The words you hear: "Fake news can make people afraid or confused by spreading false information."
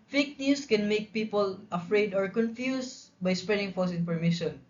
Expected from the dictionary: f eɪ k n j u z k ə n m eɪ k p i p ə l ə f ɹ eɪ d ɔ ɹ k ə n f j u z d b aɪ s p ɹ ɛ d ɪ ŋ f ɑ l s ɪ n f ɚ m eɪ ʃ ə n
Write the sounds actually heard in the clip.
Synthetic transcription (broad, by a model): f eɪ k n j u s k ə n m eɪ k p i p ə l ə f ɹ eɪ d ɔ ɹ k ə n f j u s b aɪ s p ɹ ɛ d ɪ ŋ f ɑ s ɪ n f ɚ m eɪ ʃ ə n